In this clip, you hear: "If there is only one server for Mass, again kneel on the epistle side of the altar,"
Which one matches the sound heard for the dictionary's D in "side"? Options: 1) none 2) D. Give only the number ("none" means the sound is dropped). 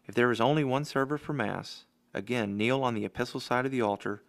2